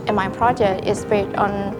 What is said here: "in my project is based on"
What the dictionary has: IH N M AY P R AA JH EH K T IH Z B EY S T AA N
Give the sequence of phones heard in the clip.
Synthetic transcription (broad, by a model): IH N M AY P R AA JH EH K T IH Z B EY T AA N